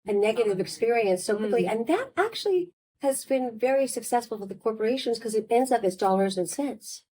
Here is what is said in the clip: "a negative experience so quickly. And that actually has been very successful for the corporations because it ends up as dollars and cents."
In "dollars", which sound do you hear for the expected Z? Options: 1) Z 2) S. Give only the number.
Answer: 1